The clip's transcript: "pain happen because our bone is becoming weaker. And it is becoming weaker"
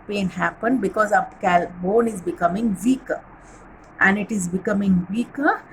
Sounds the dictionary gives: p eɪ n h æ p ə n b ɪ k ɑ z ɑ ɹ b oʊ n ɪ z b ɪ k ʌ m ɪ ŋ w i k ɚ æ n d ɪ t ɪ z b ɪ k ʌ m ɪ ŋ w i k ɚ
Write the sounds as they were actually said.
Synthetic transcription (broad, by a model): p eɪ n h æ p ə n b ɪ k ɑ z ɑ l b oʊ n ɪ z b ɪ k ʌ m ɪ ŋ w i k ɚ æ n d ɪ t ɪ z b ɪ k ʌ m ɪ ŋ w i k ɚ